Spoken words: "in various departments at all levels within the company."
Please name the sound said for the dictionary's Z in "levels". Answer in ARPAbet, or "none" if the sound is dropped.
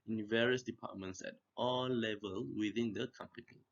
none